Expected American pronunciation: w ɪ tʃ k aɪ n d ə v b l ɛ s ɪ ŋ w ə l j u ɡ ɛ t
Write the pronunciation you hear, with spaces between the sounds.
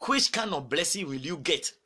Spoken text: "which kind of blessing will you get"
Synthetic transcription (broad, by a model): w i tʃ k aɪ n ə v b l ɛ s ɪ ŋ w ə l j u ɡ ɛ t